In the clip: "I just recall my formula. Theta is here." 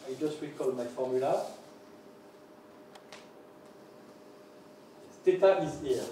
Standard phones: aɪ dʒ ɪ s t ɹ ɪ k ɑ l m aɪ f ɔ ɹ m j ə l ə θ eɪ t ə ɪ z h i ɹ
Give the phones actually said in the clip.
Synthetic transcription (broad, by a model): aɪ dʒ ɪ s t w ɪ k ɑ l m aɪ f ɔ ɹ m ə l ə s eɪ t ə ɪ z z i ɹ